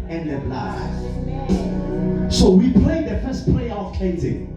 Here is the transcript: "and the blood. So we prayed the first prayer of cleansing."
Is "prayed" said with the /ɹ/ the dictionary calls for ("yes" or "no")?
no